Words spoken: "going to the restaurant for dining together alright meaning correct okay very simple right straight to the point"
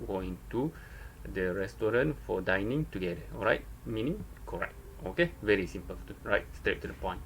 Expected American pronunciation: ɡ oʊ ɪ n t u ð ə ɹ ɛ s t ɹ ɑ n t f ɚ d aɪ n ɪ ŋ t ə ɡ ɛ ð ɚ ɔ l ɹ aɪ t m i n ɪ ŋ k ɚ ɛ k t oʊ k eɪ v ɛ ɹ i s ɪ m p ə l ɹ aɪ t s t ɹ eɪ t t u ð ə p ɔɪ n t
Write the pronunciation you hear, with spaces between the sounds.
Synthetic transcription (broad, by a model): ɡ oʊ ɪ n t u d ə ɹ ɛ s t ɹ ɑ n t f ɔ d aɪ n ɪ ŋ t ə ɡ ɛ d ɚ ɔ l ɹ aɪ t m i n ɪ ŋ k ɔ ɛ k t oʊ k eɪ v ɛ ɹ i s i m p ə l ɹ aɪ t s t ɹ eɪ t t u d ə p ɔɪ n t